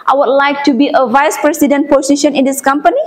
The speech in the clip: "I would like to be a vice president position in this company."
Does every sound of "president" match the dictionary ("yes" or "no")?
no